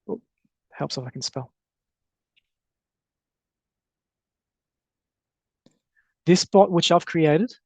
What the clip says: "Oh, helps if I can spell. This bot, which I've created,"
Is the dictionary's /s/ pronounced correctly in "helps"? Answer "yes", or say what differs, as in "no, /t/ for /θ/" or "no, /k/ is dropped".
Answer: yes